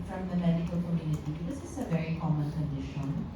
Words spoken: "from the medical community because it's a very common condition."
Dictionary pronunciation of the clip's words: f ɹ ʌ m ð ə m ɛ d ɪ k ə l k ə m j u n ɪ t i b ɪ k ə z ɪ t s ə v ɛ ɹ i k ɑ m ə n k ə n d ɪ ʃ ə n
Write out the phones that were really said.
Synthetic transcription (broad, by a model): f ɹ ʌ m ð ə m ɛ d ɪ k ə l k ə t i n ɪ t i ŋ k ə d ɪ s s ə v ɛ ɹ i k ɑ m ə n k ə n d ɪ ʃ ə n